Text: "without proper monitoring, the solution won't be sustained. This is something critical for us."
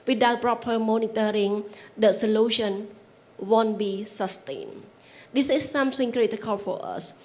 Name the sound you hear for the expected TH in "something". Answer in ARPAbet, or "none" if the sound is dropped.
S